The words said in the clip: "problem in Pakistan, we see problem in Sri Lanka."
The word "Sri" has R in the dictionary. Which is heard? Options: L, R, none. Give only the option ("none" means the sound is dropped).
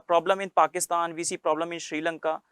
R